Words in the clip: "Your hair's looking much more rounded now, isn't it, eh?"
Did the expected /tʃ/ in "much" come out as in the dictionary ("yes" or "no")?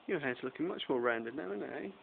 yes